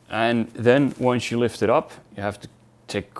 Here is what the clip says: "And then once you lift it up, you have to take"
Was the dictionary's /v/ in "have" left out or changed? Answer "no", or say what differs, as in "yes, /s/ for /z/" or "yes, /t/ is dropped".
yes, /f/ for /v/